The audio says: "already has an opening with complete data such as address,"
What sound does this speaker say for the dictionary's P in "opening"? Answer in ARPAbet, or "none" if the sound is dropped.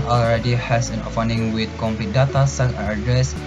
F